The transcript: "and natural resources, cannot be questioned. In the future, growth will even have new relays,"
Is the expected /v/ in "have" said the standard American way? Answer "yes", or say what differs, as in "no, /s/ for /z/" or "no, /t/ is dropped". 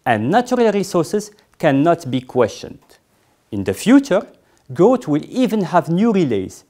yes